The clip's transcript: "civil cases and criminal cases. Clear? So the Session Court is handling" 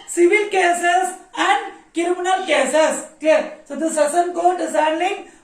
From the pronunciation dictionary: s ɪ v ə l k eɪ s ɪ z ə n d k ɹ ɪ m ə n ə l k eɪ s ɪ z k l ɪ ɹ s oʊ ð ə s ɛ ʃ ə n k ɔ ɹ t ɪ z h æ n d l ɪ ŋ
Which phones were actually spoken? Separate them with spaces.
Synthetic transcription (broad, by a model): s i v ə l k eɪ s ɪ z ə n d k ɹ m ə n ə l k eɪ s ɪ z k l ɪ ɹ s oʊ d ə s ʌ s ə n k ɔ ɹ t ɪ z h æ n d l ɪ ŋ